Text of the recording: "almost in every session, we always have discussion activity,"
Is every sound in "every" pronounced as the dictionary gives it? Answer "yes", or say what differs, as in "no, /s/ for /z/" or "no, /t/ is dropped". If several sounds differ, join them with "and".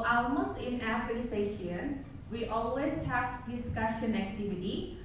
no, /f/ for /v/